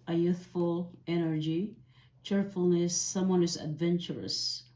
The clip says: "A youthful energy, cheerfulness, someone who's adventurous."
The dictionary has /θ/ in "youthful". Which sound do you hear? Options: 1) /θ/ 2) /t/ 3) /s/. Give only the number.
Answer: 1